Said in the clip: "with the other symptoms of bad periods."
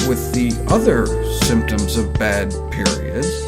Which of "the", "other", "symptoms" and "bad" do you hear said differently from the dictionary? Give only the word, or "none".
none